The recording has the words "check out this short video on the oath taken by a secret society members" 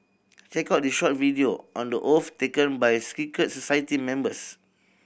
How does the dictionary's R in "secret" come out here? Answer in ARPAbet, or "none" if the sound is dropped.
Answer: none